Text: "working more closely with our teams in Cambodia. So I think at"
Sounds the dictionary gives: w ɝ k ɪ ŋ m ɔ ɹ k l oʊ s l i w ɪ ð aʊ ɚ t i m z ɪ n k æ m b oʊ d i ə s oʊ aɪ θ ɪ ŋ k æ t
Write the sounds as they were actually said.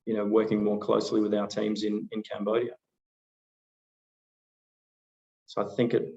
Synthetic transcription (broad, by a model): w ɝ k ɪ ŋ m ɔ ɹ k l oʊ s l i w ɪ ð aʊ ɚ t i m z ɪ n k æ m b oʊ d i ə s oʊ aɪ θ ɪ ŋ k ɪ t